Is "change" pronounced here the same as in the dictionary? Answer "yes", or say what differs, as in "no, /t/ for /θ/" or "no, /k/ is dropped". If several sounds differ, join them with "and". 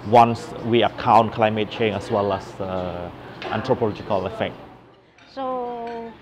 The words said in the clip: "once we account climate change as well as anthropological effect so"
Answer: no, /dʒ/ is dropped